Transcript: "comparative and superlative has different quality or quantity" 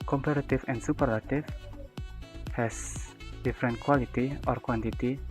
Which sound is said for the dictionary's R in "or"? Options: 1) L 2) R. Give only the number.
2